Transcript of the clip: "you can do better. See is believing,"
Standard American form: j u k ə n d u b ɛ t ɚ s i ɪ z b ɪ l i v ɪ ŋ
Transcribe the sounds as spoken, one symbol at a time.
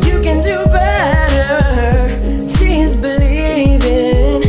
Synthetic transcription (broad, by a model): j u k ə n d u b ɛ t ɚ ʃ i z b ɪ l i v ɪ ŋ